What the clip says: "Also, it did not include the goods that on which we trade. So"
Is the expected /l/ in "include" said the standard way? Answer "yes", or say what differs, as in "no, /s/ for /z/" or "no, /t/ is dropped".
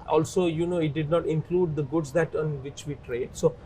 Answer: yes